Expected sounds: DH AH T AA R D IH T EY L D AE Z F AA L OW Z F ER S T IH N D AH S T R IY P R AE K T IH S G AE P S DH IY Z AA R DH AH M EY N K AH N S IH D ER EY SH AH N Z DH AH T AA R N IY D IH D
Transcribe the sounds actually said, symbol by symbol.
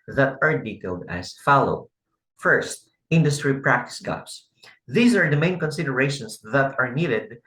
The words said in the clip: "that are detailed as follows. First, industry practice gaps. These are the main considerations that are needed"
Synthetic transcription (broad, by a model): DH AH T AA R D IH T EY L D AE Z F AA L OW F ER S T IH N D AH S T R IY P R AE K T IH S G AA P S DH IY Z AA R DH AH M EY N K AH N S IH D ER EY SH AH N S DH AH T AA R N IY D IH D